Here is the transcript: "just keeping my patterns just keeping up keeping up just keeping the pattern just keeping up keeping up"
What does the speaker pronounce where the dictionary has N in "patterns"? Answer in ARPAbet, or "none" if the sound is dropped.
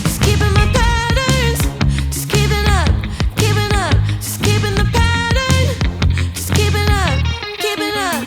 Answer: none